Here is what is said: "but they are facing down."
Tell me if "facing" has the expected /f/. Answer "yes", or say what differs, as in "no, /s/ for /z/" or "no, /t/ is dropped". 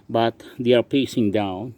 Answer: no, /p/ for /f/